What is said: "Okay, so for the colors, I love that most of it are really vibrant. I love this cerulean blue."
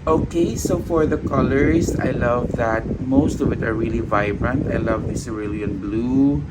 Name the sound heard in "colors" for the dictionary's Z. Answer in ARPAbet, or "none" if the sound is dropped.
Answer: S